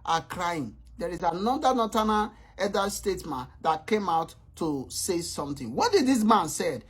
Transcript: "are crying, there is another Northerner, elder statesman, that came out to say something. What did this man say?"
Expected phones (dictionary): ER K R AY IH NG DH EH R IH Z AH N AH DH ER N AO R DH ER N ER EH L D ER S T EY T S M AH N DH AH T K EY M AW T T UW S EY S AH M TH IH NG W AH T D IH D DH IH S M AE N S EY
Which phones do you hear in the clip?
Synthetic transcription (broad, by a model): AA K R AY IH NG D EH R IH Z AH N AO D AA N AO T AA N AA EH D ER S T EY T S M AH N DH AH T K EY M AW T T UW S EY S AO M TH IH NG W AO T D IH D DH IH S M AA N S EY